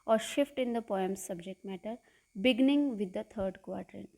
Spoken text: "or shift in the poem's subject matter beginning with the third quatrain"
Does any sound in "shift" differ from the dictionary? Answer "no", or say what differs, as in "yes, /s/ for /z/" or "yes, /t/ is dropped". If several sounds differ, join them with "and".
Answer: no